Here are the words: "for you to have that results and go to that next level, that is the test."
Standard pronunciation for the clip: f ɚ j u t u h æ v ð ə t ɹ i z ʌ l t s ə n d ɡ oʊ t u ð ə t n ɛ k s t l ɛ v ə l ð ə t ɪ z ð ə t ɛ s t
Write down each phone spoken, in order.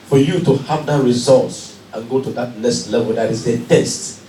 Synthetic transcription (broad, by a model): f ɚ j u t u h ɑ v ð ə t ɹ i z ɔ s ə n ɡ oʊ t u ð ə t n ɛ s t l ɛ v ə l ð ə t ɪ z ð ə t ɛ s t